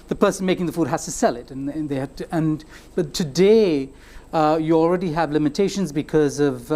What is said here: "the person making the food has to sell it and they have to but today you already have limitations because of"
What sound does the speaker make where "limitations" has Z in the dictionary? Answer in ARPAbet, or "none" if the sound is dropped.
Z